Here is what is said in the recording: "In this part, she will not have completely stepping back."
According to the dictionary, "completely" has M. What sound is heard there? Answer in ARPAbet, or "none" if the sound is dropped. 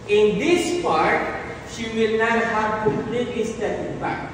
none